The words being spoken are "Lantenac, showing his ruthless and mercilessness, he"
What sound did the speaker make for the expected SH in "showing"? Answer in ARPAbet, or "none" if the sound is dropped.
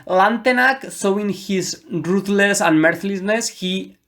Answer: S